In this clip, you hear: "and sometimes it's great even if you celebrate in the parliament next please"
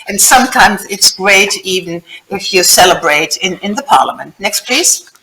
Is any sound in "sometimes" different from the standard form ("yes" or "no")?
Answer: no